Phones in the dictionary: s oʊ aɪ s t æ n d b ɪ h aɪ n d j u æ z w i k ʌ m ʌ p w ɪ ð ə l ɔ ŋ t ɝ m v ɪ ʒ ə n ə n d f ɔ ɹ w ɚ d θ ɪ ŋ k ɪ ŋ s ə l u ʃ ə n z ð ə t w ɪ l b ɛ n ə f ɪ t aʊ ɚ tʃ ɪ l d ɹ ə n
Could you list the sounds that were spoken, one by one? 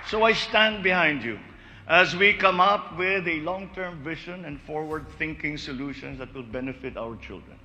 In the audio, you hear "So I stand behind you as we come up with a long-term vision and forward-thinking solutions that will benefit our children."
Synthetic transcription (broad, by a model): s oʊ aɪ s t æ n d b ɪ h aɪ n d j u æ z w i k ʌ m ʌ p w ɪ ð ə l ɔ ŋ t ɝ m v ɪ ʃ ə n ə n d f ɔ ɹ w ɚ d θ ɪ ŋ k ɪ ŋ s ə l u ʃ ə n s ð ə t w ɪ l b ɛ n ə f ɪ t aʊ ɚ tʃ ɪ l d ɹ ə n